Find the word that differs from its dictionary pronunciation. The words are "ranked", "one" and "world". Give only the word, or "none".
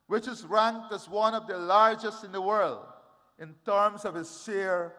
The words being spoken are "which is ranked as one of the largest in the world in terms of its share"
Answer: none